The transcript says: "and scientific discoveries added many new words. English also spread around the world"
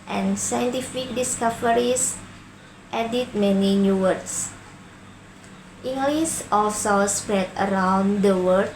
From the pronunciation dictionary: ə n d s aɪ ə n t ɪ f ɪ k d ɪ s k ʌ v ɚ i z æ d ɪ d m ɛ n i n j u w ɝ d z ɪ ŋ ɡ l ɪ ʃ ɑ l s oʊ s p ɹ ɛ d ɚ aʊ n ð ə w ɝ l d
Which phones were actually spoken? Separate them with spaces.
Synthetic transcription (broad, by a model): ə n s aɪ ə n t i f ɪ k d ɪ s k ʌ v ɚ i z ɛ d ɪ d m ɛ n i n j u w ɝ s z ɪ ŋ ɡ l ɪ s ɑ l s oʊ s p ɹ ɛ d ɚ aʊ n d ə w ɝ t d